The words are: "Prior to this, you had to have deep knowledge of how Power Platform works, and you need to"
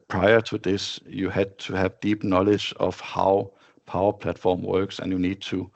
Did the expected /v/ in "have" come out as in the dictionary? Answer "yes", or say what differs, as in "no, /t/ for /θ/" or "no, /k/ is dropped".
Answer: yes